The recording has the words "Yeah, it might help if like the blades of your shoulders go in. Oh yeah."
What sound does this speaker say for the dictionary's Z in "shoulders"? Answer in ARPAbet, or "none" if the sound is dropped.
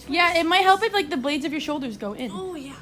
Z